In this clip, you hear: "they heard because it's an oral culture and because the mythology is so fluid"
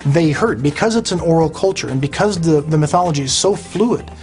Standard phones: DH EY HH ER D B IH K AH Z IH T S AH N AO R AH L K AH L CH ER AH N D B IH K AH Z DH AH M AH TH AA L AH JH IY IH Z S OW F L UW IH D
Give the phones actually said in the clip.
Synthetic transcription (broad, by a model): DH EY HH ER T B IH K AH Z IH T S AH N AO R L K AH L CH ER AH N B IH K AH Z DH AH M AH TH AA L AH JH IY IH Z S OW F L UW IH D